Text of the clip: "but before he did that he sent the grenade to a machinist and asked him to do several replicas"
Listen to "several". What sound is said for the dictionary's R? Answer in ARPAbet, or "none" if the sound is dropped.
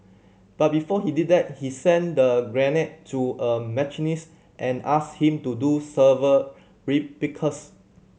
none